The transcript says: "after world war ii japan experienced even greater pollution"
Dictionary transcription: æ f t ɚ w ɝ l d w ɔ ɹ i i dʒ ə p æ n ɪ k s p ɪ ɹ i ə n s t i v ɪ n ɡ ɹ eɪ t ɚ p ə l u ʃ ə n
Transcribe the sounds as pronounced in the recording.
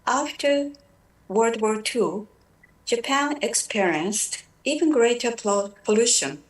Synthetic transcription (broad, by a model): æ f t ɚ w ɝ d w ɔ ɹ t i dʒ ə p æ n ɪ k s p ɪ ɹ i ə n s t i v ɪ n ɡ ɹ eɪ t ɚ p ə l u ʃ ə n